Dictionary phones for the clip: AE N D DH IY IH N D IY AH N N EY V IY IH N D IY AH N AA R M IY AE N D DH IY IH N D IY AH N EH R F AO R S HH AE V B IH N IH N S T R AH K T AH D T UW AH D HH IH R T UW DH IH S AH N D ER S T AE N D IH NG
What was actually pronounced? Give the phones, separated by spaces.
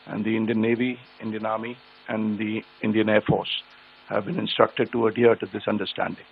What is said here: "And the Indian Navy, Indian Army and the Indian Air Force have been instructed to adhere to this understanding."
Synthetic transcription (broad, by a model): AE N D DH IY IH N D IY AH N N EY V IY IH N D IY AH N AA R M IY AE N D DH IY IH N D IY AH N EH R F AO R S HH AE V B IH N IH N S T R AH K T AH D T UW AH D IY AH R T UW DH IH S AH N D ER S T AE N D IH NG